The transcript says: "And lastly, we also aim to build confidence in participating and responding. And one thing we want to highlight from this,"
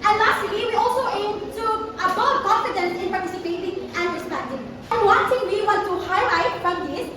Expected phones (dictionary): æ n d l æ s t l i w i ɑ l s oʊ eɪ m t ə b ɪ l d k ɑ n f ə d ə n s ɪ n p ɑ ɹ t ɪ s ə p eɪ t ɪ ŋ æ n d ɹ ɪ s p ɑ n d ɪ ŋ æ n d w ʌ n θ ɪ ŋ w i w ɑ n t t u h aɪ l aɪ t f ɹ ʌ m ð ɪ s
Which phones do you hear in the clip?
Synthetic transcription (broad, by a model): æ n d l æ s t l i w i ɑ l s oʊ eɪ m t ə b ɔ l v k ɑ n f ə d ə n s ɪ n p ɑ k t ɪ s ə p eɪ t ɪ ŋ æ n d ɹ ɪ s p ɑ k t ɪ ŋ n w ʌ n t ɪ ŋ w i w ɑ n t t u h aɪ l aɪ t f ɹ ʌ m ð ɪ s